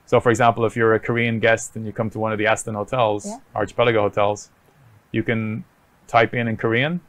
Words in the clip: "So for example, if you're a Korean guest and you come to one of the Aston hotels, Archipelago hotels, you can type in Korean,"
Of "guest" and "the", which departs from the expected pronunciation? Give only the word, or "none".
none